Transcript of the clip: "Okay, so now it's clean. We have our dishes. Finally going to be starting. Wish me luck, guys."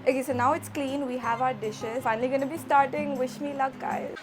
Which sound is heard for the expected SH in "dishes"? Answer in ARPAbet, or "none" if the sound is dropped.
SH